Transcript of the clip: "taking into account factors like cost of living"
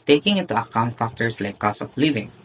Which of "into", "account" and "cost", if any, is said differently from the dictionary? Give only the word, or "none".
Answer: cost